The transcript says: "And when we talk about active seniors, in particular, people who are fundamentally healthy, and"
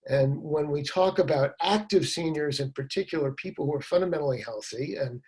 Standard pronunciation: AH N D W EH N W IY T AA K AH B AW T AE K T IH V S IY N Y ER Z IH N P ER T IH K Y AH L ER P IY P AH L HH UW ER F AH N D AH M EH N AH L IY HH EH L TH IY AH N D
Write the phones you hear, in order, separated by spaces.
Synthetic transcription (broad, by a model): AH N W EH N W IY T AA K AH B AW T AE K T IH V S IY N Y ER Z IH N P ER T IH K Y L ER P IY P L HH UW ER F AH N D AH M EH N L IY HH EH L TH IY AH N